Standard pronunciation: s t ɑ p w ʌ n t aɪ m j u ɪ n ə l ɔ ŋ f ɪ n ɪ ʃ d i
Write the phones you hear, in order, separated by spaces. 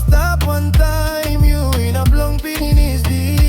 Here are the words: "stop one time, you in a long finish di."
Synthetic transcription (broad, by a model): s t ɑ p w ʌ n t aɪ m j u ɪ n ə l ɔ ŋ p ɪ n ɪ s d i